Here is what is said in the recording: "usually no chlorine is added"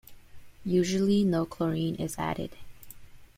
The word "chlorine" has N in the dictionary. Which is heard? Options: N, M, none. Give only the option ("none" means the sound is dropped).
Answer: N